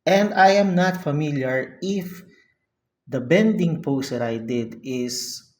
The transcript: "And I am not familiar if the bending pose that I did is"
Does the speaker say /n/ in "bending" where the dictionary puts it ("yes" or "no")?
yes